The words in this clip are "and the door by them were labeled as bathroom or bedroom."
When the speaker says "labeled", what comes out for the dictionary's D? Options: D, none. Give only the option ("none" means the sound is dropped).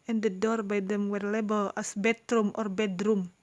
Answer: none